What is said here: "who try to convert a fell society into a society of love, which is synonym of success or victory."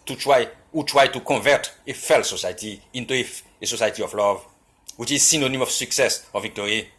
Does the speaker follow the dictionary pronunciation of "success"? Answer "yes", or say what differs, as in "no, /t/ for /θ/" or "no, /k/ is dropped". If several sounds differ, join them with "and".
yes